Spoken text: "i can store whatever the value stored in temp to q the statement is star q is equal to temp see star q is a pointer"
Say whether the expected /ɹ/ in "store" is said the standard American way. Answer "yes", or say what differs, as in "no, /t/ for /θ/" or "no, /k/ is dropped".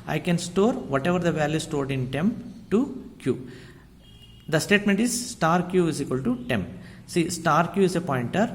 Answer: yes